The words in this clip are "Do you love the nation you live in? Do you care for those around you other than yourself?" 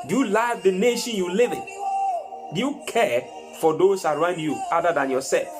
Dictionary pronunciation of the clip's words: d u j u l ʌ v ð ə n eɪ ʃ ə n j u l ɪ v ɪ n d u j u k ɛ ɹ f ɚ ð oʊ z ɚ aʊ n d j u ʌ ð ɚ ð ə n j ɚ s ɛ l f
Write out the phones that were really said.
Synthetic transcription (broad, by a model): d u j u l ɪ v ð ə n eɪ ʃ ə n j u l ɪ v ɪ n d u j u k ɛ f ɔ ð oʊ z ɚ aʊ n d j u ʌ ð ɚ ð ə n j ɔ s ɛ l f